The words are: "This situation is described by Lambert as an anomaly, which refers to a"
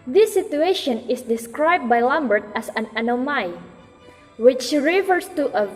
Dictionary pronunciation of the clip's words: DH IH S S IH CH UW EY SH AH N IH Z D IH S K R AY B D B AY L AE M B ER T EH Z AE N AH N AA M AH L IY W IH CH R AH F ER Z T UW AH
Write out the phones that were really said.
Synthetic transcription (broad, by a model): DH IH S S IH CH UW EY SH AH N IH S D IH S K R AY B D B AY L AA M B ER T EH S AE N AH N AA M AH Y W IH CH R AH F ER S T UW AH